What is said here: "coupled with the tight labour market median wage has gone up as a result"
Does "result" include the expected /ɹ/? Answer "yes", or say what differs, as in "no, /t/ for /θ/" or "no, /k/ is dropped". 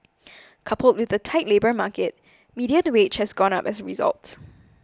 yes